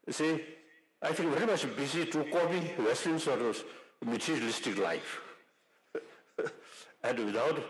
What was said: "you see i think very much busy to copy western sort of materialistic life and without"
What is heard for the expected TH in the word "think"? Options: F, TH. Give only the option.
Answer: F